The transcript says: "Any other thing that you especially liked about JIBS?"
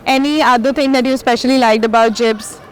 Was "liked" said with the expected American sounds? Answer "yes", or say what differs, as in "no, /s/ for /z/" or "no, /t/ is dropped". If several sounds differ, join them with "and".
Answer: yes